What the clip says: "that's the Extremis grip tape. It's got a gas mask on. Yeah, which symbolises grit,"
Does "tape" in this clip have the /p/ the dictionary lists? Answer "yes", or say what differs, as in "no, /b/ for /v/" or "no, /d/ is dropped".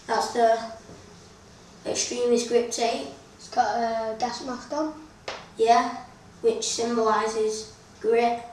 no, /p/ is dropped